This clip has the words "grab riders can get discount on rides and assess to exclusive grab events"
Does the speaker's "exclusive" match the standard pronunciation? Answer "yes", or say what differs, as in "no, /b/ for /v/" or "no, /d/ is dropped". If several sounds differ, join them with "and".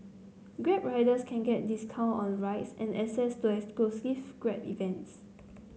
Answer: no, /k/ is dropped and /l/ is dropped and /f/ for /v/